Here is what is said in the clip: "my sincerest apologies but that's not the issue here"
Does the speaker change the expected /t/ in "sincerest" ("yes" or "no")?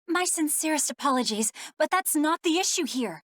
no